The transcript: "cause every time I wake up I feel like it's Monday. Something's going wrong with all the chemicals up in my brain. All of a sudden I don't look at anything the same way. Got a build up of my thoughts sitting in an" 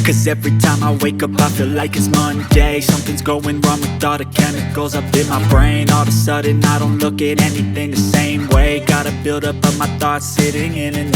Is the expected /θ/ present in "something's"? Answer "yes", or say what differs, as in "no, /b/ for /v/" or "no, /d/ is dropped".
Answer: yes